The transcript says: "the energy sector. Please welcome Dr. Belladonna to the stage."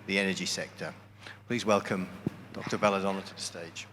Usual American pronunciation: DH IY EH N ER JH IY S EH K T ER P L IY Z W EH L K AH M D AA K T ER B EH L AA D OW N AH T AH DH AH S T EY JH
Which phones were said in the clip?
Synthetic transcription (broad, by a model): DH IY EH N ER JH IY S EH K T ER P L IY Z W EH L K AH M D AA K T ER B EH L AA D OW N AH T AH DH AH S T EY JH